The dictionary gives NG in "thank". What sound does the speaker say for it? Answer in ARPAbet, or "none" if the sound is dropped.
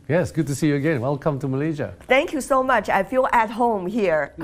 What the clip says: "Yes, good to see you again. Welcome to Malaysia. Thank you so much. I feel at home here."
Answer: NG